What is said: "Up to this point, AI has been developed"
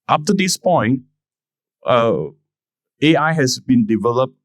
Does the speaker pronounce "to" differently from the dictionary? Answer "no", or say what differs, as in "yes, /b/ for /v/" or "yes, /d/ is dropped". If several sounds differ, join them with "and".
no